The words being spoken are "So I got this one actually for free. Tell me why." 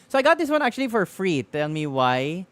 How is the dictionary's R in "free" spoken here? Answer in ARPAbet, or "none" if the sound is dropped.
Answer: R